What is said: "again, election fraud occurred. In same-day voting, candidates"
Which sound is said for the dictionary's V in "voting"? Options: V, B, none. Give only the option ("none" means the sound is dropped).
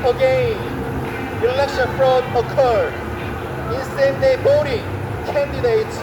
B